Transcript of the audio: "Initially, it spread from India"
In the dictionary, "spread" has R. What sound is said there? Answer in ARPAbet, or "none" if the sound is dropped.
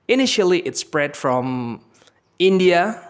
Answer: R